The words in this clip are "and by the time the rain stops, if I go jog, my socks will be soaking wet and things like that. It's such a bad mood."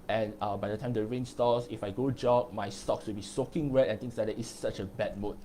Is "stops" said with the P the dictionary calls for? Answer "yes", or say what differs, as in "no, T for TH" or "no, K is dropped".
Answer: no, P is dropped